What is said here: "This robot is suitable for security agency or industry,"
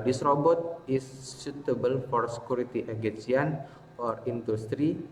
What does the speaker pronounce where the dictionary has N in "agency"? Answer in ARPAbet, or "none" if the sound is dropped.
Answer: none